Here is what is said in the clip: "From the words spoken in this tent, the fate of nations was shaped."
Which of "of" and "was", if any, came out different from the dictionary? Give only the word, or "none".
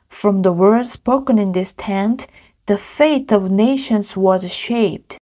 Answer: none